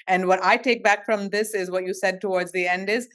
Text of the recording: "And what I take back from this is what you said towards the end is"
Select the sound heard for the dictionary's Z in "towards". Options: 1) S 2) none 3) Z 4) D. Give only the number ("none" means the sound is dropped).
3